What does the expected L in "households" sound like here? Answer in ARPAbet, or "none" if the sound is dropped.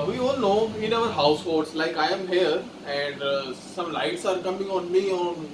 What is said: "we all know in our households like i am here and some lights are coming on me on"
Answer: none